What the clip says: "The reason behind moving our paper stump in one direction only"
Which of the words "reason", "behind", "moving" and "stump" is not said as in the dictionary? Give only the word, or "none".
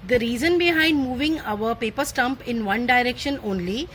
none